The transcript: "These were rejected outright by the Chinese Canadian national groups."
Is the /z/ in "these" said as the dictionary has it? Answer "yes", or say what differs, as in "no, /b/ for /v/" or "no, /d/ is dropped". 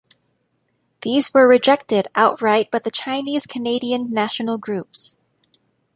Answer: yes